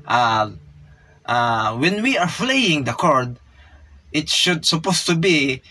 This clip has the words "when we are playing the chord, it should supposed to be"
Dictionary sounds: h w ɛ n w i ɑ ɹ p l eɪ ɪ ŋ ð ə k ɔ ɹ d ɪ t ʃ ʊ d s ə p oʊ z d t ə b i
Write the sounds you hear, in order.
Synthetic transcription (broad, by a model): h w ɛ n w i ɑ ɹ f l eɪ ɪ ŋ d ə k ɔ ɹ d ɪ t ʃ ʊ d s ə p oʊ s t ə b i